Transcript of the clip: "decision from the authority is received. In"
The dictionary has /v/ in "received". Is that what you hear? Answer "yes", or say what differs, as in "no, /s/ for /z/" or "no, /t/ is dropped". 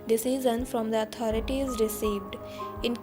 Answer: yes